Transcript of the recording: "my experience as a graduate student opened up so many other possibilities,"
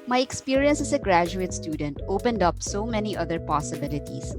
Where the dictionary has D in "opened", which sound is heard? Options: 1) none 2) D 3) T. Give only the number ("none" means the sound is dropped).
2